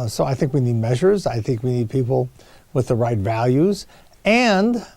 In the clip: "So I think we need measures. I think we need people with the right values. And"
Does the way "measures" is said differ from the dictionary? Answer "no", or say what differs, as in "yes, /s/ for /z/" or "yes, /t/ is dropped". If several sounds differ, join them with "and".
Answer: no